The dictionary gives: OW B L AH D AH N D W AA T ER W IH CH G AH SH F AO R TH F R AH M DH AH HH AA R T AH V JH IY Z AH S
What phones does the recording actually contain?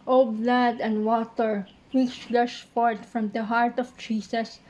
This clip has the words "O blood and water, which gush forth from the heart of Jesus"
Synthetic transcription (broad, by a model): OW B L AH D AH N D W AA T ER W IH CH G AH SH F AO R T F R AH M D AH HH AA R T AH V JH IY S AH S